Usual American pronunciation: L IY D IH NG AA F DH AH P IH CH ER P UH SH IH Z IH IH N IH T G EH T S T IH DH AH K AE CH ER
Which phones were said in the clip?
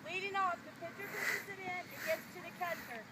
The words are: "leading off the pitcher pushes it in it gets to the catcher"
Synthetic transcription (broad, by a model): L IY D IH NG AA F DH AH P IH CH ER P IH S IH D IH IH N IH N G EH T S T IH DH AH K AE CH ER